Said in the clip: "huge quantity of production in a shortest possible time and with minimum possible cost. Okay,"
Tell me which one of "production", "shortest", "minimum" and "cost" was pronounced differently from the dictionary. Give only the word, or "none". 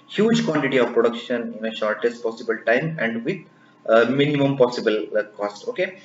none